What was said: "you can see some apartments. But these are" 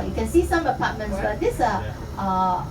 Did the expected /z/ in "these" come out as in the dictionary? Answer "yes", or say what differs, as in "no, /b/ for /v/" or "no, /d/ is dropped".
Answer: no, /s/ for /z/